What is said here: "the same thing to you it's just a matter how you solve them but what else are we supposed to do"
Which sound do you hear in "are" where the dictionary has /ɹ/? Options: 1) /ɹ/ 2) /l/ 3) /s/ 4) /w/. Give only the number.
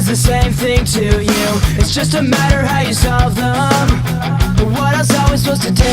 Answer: 2